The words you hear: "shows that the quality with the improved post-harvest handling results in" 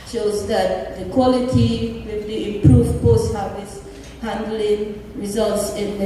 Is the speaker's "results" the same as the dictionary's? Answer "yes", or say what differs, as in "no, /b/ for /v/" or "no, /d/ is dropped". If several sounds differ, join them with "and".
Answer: yes